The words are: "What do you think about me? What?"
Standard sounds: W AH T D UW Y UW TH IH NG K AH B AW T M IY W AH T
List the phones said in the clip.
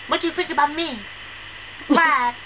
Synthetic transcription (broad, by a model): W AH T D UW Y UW F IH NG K AH B AW T M IY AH